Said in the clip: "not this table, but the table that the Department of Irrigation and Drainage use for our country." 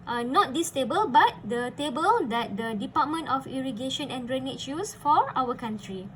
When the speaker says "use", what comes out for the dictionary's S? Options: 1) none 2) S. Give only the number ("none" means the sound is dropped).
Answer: 2